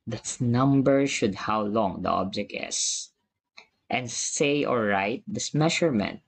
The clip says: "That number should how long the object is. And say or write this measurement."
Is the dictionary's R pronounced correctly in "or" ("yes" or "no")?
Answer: no